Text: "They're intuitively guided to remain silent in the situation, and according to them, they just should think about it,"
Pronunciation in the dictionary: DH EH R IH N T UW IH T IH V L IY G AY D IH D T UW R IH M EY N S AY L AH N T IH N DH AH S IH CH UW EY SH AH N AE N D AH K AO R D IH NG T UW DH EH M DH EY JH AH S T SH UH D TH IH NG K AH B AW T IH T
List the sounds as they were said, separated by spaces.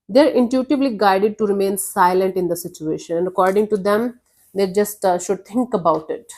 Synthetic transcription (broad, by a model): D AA R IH N T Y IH T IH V L IY G AY D IH D T UW R IH M EY N S AY L AH N T IH N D AH S IH CH UW EY SH AH N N AH K AO R D IH NG T UW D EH M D EY JH AH S T SH UH D T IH NG K AH B AW T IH T